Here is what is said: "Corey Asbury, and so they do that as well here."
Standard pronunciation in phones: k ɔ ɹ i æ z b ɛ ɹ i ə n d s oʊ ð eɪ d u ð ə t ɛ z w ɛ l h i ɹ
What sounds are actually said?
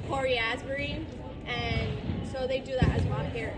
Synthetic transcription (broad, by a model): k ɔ ɹ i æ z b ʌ ɹ i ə n s oʊ ð eɪ d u ð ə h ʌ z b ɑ n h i ɹ